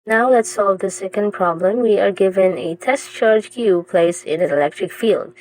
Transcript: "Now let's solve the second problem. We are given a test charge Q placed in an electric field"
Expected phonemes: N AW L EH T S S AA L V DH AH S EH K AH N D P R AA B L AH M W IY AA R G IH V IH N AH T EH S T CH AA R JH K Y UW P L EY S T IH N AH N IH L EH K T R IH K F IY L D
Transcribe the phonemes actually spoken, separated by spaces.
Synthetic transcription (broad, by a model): N AW L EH T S S AA L V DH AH S EH K AH N D P R AA B L AH M W IY AA R G IH V IH N AH T EH S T CH AA R JH K Y UW P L EY S IH N AH N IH L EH K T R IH K F IY L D